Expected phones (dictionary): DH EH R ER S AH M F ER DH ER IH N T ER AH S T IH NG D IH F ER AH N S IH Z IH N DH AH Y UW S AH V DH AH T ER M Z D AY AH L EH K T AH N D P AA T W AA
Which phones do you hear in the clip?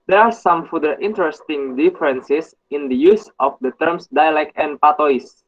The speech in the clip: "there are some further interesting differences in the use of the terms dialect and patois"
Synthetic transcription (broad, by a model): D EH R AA S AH M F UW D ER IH N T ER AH S T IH NG D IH F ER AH N S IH S IH N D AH Y UW S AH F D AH T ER M S D AY AH L EH K T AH N P AA T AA